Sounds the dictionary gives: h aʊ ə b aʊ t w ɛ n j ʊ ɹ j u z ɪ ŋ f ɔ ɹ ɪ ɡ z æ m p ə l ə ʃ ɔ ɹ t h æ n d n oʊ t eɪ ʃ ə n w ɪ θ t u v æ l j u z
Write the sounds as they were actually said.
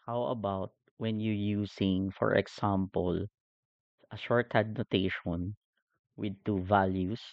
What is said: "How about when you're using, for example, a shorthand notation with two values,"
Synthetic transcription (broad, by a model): h aʊ ə b aʊ t w ɛ n j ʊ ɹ j u s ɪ ŋ f ɔ ɹ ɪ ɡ s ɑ m p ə l ə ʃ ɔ ɹ t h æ d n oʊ t eɪ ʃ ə n w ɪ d t u v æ l j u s